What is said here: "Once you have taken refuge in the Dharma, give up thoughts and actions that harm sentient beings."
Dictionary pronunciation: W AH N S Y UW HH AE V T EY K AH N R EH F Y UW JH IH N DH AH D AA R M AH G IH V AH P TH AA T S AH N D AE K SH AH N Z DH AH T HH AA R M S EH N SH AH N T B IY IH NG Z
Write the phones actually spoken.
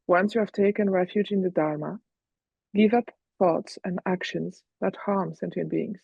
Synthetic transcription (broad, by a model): W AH N S Y UW HH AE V T EY K AH N R EH F Y UW JH IH N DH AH D AA R M AH G IH V AH P TH AA T S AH N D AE K SH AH N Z DH AH T HH AA R M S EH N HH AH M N B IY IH NG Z